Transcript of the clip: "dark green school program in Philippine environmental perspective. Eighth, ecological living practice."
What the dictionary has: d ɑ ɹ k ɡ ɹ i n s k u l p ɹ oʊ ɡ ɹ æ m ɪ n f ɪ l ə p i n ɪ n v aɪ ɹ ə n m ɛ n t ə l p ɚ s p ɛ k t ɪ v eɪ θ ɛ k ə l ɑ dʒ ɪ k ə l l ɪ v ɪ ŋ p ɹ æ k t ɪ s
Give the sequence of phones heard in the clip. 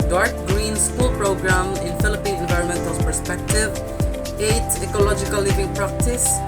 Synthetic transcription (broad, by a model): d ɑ ɹ k ɡ ɹ i n s k u l p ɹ oʊ ɡ ɹ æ m ɪ n f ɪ l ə p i ɪ n v aɪ ɹ ə n m ɛ n t ə l p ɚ s p ɛ k t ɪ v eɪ t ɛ k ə l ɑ dʒ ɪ k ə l l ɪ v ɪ ŋ p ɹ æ k t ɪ s